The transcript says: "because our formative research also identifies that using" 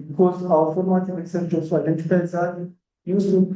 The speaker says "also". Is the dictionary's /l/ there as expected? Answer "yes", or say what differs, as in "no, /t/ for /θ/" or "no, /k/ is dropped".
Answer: no, /l/ is dropped